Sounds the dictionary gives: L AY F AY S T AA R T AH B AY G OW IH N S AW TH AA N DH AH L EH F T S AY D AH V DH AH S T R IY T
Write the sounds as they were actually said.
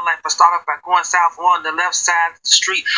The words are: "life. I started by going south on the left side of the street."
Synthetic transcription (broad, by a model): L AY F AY S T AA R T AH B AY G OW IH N S AW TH AA N DH AH L EH F T S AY AH DH AH S T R IY T